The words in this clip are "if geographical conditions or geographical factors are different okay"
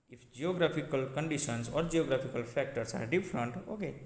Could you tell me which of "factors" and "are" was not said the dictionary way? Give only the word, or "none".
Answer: factors